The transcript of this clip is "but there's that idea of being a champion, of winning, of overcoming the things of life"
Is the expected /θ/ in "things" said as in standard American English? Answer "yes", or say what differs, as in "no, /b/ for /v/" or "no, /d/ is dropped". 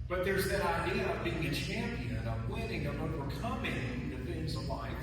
no, /f/ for /θ/